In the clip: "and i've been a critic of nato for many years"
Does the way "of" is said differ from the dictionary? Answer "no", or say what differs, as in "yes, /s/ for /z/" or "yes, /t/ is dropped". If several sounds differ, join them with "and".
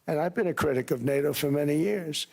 no